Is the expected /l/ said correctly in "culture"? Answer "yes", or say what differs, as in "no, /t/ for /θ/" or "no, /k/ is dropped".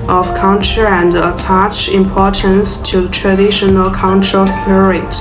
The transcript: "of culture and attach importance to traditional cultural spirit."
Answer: no, /n/ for /l/